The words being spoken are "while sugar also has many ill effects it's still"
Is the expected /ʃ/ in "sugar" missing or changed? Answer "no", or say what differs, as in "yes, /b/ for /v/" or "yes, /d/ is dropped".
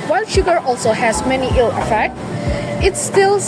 no